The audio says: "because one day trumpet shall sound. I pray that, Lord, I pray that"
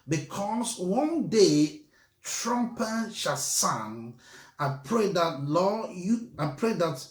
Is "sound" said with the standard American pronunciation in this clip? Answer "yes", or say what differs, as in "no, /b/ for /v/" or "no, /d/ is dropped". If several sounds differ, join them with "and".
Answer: no, /d/ is dropped